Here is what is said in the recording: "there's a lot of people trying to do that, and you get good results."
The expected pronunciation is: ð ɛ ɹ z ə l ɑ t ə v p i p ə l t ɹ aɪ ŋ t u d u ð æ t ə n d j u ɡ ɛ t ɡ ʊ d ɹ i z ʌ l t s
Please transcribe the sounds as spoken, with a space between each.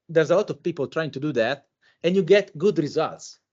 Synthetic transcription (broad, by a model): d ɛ ɹ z ə l ɑ t ə v p i p ə l t ɹ aɪ ŋ t u d u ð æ t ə n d j u ɡ ɛ t ɡ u d ɹ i z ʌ l t s